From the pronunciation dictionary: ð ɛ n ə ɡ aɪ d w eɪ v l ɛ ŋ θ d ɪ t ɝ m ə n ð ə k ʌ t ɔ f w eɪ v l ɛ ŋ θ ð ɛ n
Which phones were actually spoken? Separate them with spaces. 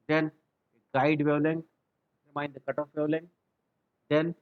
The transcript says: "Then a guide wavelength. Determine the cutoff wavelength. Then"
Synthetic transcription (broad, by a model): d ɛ n ə ɡ aɪ d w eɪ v l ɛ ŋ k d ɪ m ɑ ə n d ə k ʌ t ɔ f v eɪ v l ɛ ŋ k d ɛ n